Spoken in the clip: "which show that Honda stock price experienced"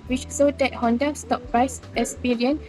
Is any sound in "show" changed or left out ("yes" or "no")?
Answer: yes